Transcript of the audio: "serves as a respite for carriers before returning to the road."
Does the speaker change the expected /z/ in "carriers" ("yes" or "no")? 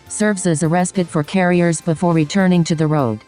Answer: no